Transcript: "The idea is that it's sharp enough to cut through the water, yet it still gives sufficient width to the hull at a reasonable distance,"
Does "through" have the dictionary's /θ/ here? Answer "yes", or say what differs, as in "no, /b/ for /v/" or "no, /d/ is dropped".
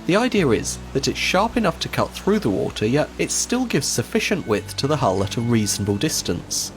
yes